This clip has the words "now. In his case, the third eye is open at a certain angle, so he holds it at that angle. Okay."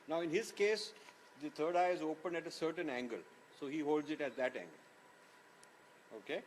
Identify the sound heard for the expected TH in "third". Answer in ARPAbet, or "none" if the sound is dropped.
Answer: T